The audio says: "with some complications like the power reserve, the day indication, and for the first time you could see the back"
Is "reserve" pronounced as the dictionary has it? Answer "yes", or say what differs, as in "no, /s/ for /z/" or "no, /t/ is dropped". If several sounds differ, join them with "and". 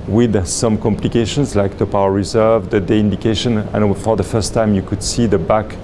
yes